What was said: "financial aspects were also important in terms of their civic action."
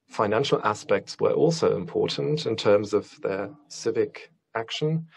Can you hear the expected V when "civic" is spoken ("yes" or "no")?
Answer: yes